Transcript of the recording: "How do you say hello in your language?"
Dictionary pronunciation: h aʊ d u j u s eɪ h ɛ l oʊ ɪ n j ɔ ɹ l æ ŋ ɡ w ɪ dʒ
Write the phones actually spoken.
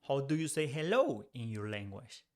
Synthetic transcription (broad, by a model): h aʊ d u j u s eɪ h ɛ l oʊ ɪ n j ɔ ɹ l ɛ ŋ ɡ w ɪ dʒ